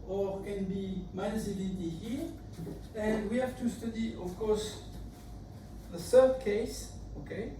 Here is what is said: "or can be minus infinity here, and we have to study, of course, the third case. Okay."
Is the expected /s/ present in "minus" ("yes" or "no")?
no